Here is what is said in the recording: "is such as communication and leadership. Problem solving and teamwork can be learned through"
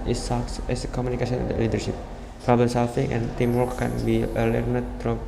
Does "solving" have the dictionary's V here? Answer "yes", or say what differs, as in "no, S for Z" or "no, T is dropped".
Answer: no, F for V